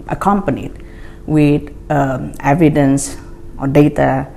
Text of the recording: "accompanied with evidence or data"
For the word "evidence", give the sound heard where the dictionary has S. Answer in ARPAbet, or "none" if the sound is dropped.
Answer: S